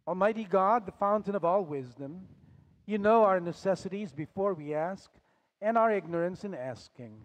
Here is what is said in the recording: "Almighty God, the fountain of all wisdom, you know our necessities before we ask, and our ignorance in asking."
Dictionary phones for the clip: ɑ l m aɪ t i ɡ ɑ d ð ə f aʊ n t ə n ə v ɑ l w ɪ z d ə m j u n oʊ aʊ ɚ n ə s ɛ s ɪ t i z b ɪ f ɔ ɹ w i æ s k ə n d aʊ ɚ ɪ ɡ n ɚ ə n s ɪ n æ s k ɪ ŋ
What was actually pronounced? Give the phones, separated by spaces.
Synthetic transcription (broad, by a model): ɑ l m aɪ t i ɡ ɑ d ð ə f aʊ n t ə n ə v ɑ l w ɪ z d ə m j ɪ n oʊ aʊ ɚ n ə s ɛ s ɪ t i z b ɪ f ɔ ɹ w i æ s k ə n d aʊ ɚ ɪ ɡ n ɚ ə n s ɪ n æ s k ɪ ŋ